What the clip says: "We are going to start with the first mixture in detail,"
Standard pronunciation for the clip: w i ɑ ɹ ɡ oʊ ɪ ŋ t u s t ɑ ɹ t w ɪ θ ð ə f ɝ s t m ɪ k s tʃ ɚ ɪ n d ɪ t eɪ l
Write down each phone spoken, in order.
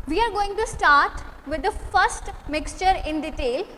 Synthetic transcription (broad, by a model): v i ɑ ɹ ɡ oʊ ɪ ŋ t u s t ɑ ɹ t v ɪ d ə f ɝ s t m ɪ k s tʃ ɚ ɪ n d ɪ t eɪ l